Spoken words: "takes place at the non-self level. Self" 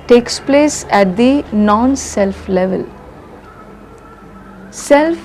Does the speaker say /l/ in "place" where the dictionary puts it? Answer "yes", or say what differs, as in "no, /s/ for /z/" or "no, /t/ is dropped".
yes